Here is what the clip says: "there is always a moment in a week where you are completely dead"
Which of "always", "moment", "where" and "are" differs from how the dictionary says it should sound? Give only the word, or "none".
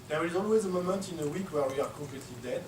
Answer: none